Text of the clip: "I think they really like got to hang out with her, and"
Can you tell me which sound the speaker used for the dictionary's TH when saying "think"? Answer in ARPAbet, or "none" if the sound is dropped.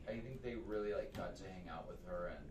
TH